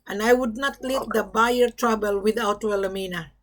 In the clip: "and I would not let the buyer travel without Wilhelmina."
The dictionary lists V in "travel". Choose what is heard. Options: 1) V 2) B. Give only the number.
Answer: 2